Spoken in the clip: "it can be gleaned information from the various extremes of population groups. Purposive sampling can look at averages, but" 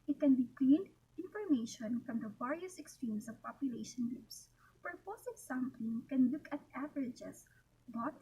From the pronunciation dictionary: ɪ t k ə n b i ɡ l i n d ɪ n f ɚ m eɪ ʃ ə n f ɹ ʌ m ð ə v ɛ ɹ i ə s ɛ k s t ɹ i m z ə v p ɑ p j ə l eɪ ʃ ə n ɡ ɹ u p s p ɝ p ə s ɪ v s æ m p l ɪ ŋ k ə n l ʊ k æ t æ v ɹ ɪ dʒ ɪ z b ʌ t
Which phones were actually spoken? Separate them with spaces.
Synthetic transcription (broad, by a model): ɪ t k ə n b i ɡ l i n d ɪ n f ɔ m eɪ ʃ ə n f ɹ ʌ m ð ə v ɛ ɹ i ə s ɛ k s t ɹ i m s ə v p ɑ p j ə l eɪ ʃ ə n ɡ ɹ u p s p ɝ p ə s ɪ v s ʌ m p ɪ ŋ k ə n l ʊ k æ t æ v ɹ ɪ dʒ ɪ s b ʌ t